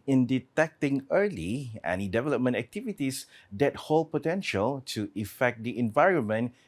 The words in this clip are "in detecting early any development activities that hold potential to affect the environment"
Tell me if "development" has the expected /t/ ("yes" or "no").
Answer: yes